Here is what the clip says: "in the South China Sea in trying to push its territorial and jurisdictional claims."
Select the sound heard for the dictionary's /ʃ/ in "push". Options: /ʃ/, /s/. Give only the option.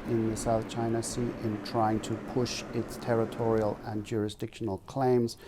/ʃ/